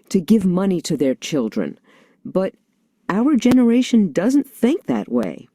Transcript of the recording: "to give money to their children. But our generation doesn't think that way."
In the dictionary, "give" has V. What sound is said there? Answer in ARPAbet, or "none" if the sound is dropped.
V